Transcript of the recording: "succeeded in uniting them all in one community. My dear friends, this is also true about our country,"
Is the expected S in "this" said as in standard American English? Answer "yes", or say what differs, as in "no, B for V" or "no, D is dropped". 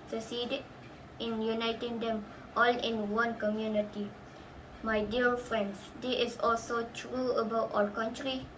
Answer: no, S is dropped